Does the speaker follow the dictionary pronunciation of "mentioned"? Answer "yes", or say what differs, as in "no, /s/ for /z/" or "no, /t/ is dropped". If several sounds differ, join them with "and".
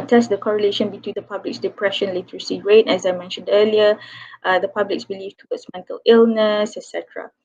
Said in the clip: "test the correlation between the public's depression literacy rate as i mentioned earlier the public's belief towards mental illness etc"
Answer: yes